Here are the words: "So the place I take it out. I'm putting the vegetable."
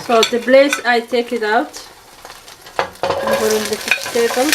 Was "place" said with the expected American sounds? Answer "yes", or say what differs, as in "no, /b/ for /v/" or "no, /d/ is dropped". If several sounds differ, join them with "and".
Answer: no, /b/ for /p/